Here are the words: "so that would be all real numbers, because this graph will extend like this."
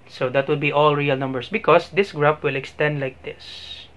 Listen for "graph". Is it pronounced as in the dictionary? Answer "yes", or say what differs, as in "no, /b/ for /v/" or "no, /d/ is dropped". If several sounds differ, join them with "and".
no, /p/ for /f/